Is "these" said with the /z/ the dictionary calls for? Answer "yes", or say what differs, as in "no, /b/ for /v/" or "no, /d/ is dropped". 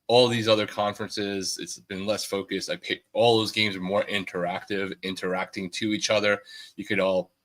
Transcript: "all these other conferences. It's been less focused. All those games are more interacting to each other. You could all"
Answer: yes